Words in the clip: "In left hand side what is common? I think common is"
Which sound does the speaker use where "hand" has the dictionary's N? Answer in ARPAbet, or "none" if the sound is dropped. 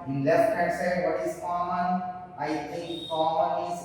none